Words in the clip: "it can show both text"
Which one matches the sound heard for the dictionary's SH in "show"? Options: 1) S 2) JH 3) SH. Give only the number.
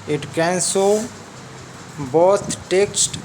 1